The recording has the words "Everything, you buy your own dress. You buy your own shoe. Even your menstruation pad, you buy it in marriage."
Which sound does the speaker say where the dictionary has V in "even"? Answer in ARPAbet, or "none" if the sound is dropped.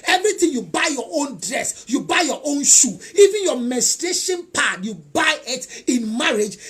V